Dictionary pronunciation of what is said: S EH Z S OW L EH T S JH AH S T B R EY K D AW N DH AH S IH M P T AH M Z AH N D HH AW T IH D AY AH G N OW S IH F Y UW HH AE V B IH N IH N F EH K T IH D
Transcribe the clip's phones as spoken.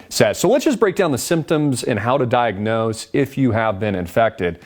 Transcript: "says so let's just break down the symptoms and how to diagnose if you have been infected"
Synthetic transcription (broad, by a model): S EH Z S OW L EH T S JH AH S B R EY K D AW N DH AH S IH M P T AH M Z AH N HH AW T IH D AY AH G N OW S IH F Y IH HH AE V B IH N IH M F EH K T IH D